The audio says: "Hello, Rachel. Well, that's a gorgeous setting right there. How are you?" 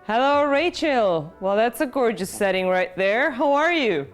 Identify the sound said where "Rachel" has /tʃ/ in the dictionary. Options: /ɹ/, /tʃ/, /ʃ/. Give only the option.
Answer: /tʃ/